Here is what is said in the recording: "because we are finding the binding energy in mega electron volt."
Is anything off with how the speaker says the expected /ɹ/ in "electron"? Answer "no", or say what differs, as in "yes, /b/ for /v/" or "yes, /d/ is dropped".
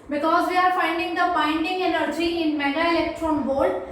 no